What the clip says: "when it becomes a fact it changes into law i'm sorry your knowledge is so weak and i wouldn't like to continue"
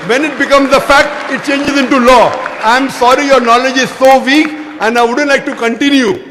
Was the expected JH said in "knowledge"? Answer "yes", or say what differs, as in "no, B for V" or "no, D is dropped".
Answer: yes